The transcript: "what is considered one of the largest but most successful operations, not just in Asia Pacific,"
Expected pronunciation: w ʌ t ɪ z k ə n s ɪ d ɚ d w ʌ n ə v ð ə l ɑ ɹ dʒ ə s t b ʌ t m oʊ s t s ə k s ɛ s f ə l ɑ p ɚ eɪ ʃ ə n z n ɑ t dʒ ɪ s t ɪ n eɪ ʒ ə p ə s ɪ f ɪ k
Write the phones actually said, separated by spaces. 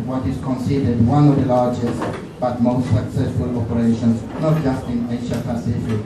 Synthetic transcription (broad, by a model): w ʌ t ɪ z k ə n s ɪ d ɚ d w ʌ n ə v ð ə l ɑ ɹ dʒ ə s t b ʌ t m oʊ s t s ə k s ɛ s f ə l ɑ p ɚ eɪ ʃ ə n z n ɑ t dʒ ɪ s t ɪ n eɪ ʃ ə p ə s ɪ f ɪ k